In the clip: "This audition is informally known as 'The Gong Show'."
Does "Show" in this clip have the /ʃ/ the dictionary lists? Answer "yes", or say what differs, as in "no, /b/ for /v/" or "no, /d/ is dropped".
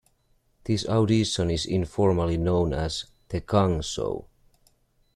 no, /s/ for /ʃ/